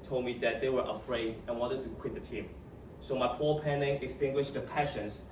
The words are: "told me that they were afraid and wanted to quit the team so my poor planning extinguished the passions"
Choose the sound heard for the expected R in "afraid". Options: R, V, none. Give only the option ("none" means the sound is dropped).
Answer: R